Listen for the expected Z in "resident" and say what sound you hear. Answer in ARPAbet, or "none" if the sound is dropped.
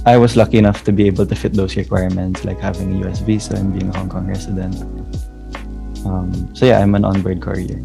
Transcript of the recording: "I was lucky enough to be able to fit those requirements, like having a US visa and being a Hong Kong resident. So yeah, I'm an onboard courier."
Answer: S